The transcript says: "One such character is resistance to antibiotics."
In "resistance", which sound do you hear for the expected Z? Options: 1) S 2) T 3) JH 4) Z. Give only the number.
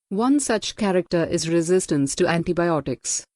4